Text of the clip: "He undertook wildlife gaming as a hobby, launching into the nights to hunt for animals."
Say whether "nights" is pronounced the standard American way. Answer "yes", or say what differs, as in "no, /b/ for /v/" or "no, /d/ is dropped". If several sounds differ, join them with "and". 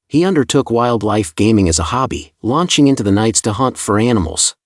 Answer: yes